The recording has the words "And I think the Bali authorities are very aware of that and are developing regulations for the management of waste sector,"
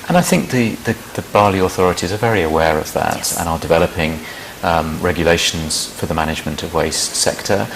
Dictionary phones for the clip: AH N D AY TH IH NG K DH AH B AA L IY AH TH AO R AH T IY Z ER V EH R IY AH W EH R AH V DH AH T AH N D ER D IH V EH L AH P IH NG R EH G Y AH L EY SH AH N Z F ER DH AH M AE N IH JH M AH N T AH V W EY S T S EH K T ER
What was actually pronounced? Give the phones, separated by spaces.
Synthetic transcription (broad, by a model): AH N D AY TH IH NG K DH AH B AA L IY AH TH AO R AH T IY Z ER V EH R IY AH W EH R AH V DH AH T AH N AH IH D IH V EH L AH P IH NG R EH G Y AH L EY SH AH N Z F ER DH AH M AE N IH JH M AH N T AH V W EY S T S EH K T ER